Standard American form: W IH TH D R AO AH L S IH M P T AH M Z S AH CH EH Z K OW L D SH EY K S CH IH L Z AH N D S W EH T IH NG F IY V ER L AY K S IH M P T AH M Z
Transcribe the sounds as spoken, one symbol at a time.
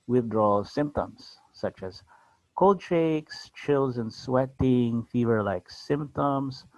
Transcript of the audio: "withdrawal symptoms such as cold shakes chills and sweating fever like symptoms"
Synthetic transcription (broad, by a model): W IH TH D R AO L S IH M P T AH M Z S AH CH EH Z K OW L D SH EY K S CH IH L Z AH N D S W EH T IH NG F IY V ER L AY K S IH M P T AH M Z